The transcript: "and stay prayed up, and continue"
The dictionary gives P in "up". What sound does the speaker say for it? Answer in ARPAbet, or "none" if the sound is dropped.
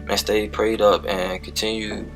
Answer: P